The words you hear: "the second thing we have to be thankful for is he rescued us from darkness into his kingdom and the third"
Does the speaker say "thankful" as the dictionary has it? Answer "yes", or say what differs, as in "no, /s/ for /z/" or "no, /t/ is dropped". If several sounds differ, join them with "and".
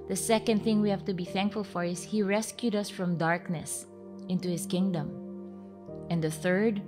yes